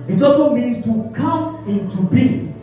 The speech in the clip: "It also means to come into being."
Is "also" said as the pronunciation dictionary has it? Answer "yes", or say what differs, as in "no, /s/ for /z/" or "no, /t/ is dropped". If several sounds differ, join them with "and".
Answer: no, /l/ is dropped